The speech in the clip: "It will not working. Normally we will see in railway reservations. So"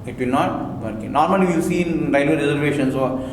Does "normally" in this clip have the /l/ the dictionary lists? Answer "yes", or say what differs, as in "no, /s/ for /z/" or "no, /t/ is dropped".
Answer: no, /l/ is dropped